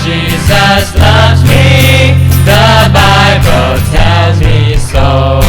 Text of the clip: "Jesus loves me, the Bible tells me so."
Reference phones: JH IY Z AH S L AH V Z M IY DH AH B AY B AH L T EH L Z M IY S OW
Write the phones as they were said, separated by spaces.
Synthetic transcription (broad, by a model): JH IY Z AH S L AH V Z M IY DH AH B AY B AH L T EH L Z M IY S OW